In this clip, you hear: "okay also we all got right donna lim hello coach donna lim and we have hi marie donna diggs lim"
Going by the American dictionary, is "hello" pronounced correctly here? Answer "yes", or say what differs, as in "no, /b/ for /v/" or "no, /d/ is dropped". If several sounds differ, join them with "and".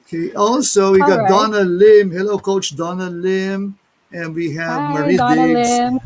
yes